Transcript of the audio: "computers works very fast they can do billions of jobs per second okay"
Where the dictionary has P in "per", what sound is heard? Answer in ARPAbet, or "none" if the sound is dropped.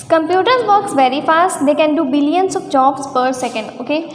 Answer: P